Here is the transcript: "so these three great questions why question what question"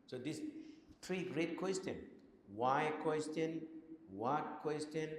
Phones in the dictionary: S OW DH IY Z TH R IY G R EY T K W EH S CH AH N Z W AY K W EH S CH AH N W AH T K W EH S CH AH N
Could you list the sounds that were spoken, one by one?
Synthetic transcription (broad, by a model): S OW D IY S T R IY G R EY T K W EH S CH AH N W AY K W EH S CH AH N W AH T K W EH S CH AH N